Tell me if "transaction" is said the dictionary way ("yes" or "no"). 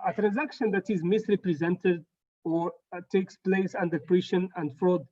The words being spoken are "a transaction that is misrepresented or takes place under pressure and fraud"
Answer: yes